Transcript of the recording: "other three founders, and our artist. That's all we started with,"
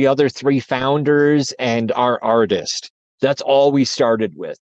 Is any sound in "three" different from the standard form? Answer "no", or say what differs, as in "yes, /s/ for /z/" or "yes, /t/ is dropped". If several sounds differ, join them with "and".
no